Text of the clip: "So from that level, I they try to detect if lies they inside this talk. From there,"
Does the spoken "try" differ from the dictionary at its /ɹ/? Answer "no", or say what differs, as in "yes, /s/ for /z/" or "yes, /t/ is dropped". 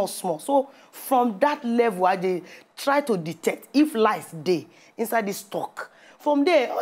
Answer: no